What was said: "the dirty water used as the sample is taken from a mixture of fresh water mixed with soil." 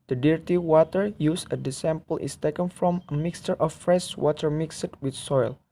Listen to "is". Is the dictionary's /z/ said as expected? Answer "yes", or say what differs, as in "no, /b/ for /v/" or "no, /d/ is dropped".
no, /s/ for /z/